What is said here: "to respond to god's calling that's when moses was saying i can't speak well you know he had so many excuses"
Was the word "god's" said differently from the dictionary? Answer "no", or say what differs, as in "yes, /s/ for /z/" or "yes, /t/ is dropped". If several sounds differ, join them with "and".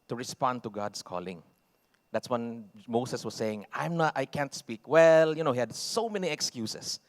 yes, /s/ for /z/